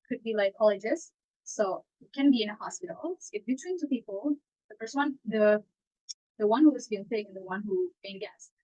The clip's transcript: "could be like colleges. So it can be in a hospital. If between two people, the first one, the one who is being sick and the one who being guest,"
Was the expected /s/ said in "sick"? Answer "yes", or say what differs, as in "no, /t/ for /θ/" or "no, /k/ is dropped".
no, /θ/ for /s/